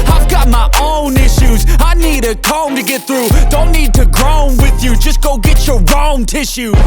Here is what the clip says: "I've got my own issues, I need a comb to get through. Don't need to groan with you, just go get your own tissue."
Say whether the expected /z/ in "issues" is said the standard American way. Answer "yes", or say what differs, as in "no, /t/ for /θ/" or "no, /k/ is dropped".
yes